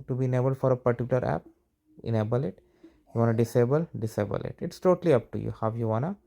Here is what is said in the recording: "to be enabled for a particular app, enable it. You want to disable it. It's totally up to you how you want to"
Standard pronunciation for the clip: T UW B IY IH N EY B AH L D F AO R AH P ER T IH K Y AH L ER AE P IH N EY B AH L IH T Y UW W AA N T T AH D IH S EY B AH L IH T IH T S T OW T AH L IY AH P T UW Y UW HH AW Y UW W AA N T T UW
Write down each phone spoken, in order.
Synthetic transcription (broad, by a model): T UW B IY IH N EY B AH L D F AO R AH P ER T IH K Y AH L ER AE P IH N EY B AH L IH T Y UW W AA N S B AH D IH S EY B AH L IH T IH T S T OW T AH L IY AH P T UW Y UW HH AW Y UW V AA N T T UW